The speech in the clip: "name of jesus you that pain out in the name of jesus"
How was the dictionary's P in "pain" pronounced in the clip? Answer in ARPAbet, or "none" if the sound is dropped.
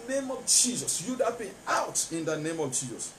B